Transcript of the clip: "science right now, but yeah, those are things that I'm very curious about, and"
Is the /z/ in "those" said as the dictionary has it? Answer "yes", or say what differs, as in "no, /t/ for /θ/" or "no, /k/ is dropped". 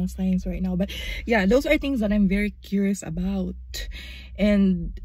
no, /s/ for /z/